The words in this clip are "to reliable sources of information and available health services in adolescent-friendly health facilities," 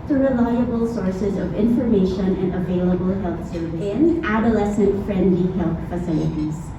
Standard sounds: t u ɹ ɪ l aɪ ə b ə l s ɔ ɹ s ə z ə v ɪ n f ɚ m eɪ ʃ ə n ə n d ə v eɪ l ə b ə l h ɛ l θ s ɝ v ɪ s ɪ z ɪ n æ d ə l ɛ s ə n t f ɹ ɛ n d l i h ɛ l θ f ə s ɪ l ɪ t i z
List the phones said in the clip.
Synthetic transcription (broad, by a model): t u ɹ ɪ l aɪ ə b ə l s ɔ ɹ s ə z ə v ɪ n f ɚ m eɪ ʃ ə n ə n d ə v eɪ l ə b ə l h ɛ l θ s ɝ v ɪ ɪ ɪ n æ d ə l ɛ s ə n t f ɹ ɛ n d l i h ɛ l θ f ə s ɪ l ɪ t i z